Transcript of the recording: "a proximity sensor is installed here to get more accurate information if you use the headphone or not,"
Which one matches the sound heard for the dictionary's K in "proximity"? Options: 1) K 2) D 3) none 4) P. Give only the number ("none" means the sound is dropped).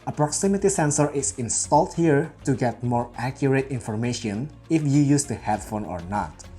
1